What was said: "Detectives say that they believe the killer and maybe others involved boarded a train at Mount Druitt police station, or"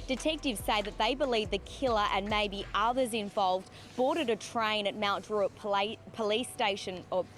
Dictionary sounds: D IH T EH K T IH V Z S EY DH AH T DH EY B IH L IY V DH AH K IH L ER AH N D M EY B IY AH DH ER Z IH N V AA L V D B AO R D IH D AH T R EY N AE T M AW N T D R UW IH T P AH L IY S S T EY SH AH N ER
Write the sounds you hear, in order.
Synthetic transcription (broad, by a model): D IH T EH K T IH V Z S EY DH AH T DH EY B IH L IY V DH AH K IH L ER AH N M EY B IY AH DH ER Z IH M V AA L V D B AO R D IH D AH T R EY N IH T M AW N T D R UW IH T P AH L IY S S T EY SH AH N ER